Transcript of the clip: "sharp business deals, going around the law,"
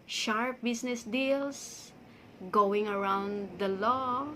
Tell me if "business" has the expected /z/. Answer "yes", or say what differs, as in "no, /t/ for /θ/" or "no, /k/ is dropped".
no, /s/ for /z/